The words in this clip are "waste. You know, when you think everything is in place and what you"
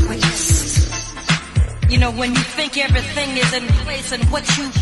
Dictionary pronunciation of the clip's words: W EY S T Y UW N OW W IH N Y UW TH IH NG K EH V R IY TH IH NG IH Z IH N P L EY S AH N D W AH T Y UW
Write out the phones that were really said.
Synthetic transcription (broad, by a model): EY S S Y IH N OW W IH N Y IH TH IH NG K EH V R IY TH IH NG IH Z IH N P L EY S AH N W AH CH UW